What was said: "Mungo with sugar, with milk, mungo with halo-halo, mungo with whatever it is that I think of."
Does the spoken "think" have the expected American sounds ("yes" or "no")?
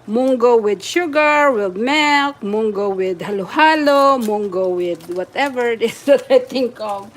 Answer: no